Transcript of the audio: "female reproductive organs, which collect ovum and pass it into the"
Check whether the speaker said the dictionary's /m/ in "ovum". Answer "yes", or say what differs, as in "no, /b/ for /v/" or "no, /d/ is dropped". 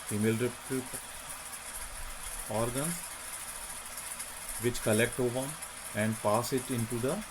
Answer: no, /m/ is dropped